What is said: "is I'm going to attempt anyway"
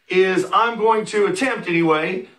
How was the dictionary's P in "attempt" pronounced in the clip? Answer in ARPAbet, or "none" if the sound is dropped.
P